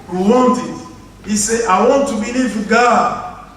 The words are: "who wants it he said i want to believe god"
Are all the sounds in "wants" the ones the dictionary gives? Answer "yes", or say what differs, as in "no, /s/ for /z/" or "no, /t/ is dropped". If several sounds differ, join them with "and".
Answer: no, /s/ is dropped